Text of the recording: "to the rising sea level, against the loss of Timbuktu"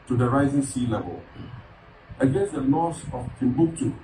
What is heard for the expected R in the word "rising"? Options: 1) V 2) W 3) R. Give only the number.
3